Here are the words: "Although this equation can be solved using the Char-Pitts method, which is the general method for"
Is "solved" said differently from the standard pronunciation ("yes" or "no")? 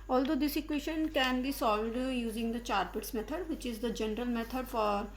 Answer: yes